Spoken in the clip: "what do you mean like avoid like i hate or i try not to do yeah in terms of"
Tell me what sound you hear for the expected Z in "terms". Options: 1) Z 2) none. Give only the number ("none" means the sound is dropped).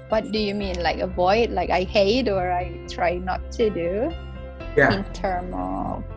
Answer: 2